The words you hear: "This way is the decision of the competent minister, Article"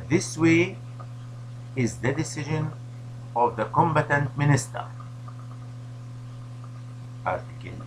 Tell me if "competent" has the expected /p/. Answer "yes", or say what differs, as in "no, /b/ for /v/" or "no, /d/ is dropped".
no, /b/ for /p/